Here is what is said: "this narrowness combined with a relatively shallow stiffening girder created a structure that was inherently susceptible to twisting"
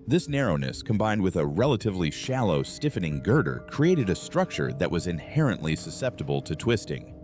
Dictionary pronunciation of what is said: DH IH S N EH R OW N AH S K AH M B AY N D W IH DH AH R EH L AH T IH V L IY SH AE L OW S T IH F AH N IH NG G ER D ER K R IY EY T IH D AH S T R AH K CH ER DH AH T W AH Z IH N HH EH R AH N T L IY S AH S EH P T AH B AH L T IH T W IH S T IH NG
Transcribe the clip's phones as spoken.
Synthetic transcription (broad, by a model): DH IH S N EH R OW N AH S K AH M B AY N D W IH DH AH R EH L AH T IH V L IY SH AE L OW S T IH F AH N IH NG G ER D ER K R IY EY T IH D AH S T R AH K CH ER DH AH T W AH Z IH N HH EH R AH N T L IY S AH S EH P T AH B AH L T IH T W IH S T IH NG